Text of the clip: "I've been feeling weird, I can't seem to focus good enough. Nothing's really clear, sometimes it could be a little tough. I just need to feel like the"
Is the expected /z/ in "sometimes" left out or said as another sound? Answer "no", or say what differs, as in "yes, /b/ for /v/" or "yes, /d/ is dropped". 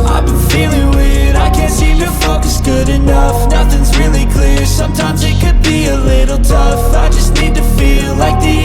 no